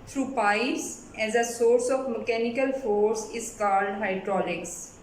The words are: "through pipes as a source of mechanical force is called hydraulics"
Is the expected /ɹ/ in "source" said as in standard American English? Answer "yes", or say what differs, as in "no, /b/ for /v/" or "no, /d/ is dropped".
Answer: yes